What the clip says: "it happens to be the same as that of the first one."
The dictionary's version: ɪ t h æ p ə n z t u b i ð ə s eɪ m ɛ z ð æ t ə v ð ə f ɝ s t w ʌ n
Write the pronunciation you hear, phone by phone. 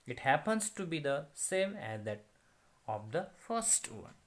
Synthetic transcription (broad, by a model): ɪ t h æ p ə n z t u b i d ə s eɪ m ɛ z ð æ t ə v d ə f ɝ s t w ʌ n